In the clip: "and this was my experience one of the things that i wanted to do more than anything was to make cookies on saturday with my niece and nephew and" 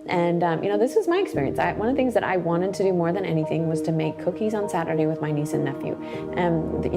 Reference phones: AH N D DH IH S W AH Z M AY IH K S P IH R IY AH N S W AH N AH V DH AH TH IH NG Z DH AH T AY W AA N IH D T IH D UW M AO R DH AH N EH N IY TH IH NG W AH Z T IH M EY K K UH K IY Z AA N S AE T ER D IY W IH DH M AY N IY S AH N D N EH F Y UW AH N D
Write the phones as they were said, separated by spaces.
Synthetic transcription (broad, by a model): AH N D DH IH S W AH Z M AY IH K S P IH R IY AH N S W AH N AH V DH AH TH IH NG Z DH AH T AY W AA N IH D T IH D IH M AO R DH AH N EH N IY TH IH NG W AH Z T IH M EY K K UH K IY Z N S AE T ER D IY W IH DH M AY N IY S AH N N EH F Y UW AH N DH